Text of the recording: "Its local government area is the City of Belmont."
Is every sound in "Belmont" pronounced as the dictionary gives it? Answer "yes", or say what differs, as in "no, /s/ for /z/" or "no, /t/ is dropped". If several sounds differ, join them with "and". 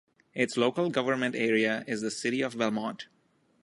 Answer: no, /n/ is dropped